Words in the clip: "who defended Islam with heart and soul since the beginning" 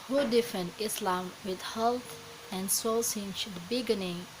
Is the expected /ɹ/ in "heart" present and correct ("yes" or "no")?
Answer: no